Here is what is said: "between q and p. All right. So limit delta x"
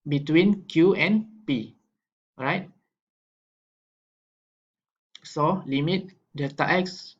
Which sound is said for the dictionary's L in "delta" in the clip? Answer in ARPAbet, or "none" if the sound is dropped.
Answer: none